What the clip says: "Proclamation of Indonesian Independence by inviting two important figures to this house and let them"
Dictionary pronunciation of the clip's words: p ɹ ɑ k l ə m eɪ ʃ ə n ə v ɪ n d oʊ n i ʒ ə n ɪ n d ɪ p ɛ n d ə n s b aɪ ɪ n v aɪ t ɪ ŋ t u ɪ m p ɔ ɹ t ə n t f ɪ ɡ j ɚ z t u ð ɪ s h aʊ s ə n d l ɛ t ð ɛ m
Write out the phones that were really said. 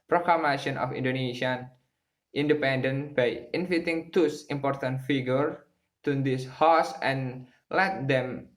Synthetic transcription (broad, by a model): p ɹ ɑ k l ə m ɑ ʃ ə n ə f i n d oʊ n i s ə n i n d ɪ p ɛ n d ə n b aɪ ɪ n f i t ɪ ŋ t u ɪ m p ɔ ɹ t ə n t f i ɡ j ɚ t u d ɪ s h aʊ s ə n l ɛ t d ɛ m